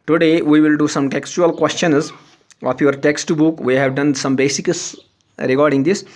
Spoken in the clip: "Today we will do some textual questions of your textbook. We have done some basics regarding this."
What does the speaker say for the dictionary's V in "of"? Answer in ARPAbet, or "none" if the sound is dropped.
P